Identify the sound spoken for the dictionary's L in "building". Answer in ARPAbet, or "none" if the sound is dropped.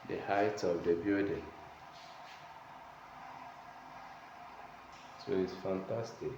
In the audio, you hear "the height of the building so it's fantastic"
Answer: none